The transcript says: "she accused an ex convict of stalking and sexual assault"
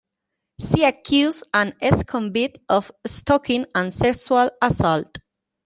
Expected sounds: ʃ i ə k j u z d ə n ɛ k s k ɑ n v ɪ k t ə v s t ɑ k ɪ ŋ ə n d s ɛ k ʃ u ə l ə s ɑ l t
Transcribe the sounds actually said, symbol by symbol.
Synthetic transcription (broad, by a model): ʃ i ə k j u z ə n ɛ s k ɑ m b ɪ t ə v s t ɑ k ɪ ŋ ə n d s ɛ k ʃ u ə l ə s ɑ l t